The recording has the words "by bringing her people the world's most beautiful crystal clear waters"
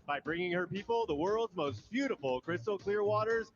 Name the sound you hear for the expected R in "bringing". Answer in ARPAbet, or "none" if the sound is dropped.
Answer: R